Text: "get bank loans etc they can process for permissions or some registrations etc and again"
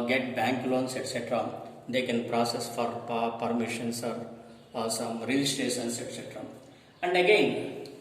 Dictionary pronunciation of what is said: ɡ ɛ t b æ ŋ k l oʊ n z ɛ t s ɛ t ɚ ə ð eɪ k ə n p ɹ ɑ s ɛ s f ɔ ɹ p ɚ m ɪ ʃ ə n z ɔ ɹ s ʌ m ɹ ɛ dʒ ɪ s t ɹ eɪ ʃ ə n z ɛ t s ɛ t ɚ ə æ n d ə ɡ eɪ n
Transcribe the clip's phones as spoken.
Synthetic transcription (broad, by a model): ɡ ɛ t b æ ŋ k l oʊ n s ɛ t s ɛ t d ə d eɪ k ə n p ɹ ɑ s ɛ s f ɔ ɹ p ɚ m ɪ ʃ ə n s ɔ ɹ s ʌ m ɹ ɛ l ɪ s t ɹ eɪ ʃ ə n s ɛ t s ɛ t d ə æ n d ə ɡ eɪ n